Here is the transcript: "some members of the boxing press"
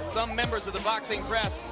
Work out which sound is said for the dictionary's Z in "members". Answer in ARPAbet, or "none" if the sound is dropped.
Z